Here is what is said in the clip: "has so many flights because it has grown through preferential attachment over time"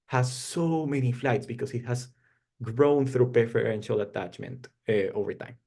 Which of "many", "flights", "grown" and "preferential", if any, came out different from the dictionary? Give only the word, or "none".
preferential